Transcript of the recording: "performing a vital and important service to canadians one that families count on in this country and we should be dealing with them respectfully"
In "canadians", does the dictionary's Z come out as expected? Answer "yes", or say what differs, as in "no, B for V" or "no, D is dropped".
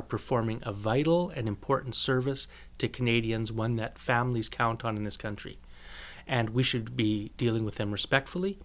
yes